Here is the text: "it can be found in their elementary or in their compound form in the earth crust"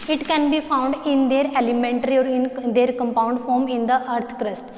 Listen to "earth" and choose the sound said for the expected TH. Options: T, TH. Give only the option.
T